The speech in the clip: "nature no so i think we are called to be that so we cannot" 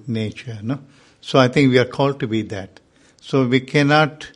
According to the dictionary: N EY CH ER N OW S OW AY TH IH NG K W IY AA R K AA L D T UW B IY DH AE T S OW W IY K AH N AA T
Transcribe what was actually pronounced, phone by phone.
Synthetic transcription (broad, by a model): N EY CH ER N OW S OW AY T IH NG K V IY AA R K AA L D T UW B IY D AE T S OW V IY K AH N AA T